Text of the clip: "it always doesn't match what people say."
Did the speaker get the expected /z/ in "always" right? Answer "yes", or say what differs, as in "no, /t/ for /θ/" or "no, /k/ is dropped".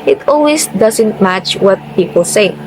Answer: no, /s/ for /z/